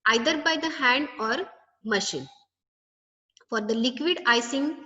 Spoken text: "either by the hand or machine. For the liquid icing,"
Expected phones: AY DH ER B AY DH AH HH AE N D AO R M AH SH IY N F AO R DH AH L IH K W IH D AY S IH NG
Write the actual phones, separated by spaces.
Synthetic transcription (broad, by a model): AY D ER B AY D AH HH AE N D AO R M AH SH IY N F AO R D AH L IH K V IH D AY S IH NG